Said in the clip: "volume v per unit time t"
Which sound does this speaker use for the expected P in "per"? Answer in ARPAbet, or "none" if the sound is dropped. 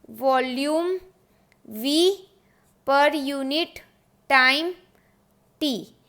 P